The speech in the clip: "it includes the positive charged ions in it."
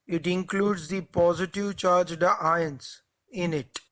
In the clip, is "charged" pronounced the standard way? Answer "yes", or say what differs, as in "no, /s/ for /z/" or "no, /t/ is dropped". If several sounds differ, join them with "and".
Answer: yes